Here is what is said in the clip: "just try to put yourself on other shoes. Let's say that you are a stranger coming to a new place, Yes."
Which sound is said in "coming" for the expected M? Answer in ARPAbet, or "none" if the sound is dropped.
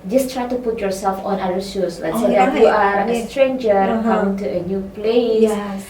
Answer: none